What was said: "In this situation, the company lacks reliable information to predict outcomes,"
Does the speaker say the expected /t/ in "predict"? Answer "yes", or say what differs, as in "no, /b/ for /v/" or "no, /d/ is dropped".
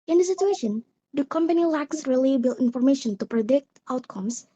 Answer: yes